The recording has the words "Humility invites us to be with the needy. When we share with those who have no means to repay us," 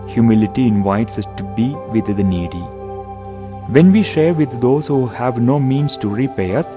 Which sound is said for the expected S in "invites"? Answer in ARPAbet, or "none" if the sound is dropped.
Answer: S